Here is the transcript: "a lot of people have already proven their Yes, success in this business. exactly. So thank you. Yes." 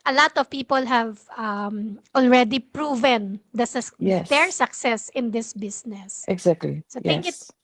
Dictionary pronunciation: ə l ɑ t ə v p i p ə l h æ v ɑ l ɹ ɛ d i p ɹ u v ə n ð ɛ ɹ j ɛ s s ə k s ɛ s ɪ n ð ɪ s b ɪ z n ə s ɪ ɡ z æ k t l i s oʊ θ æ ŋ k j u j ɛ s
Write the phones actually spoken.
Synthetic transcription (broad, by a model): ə l ɑ t ə v p i p ə l h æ v ɑ l ɹ ɛ d i p ɹ u v ə n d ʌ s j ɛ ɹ s ə k s ɛ s ɪ n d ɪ s b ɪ s n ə s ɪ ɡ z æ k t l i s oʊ t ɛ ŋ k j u